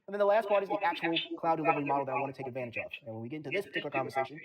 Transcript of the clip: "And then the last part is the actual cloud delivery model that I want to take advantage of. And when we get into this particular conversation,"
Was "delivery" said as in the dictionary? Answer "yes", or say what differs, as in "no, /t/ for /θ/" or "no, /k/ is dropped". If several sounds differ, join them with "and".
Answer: yes